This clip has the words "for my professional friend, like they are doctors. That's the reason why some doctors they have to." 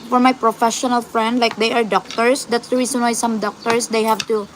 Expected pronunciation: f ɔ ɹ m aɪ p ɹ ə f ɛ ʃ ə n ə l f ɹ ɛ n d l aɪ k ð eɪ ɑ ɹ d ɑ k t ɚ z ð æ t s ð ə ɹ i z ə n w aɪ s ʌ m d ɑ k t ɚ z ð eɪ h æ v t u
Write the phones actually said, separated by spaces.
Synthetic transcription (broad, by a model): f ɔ ɹ m aɪ p ɹ ə f ɛ ʃ ə n ə l f ɹ ɛ n d l aɪ k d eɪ ɑ ɹ d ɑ k t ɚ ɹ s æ t s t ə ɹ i s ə n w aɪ s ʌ m d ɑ k t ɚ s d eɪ h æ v t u